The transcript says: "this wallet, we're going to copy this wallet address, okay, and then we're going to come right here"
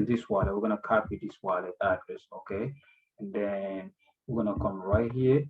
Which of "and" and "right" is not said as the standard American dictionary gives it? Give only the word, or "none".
none